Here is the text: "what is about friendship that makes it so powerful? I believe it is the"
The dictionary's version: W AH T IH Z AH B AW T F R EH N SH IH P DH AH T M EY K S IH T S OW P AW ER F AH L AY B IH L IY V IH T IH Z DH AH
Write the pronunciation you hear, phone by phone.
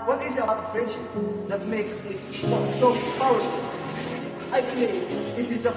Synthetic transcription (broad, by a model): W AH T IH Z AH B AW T F R EH N SH IH P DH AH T M EY K S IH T S OW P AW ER AH AY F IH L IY IH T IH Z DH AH